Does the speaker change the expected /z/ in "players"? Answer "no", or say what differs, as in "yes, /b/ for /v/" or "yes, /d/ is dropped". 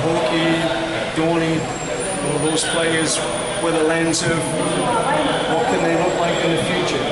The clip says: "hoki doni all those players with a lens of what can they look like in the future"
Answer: no